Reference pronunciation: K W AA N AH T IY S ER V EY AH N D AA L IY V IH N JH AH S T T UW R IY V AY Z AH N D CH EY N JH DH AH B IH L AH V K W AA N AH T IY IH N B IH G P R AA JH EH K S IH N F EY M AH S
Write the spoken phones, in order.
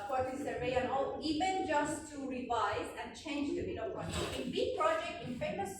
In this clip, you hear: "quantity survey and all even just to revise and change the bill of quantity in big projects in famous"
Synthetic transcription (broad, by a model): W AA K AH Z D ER EY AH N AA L IY V IH N JH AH S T T UW R IY V AY Z AH N D CH EY N JH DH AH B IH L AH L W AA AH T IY IH N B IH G P R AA JH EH K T IH N F EY M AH S